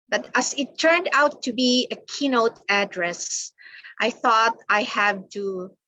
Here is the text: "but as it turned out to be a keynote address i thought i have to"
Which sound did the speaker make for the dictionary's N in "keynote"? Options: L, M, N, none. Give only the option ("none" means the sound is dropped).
N